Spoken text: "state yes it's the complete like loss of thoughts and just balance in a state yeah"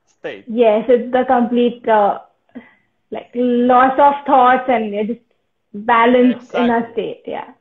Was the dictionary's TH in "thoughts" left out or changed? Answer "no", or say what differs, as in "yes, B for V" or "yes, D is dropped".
yes, T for TH